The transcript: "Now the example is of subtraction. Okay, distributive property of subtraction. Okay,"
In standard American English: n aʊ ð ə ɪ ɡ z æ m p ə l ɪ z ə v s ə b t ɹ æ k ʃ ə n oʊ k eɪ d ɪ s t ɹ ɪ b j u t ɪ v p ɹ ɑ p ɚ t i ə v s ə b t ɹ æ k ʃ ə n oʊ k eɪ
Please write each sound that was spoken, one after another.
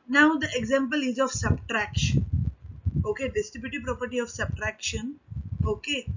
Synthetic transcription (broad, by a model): n aʊ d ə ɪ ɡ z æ m p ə l ɪ z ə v s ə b t ɹ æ k ʃ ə n oʊ k eɪ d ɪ s t ɪ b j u t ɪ p ɹ ɑ p ɚ t i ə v s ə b t ɹ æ k ʃ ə n oʊ k eɪ